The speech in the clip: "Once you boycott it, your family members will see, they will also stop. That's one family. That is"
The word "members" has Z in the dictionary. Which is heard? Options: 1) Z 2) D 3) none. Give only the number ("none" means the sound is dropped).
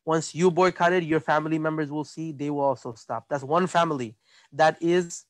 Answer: 1